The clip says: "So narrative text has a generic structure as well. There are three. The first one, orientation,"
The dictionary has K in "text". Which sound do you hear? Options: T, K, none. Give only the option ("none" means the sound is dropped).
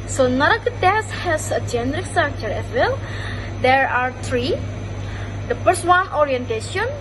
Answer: none